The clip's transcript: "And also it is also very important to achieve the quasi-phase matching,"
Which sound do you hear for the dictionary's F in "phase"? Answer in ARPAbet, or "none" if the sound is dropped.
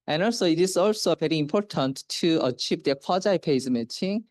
P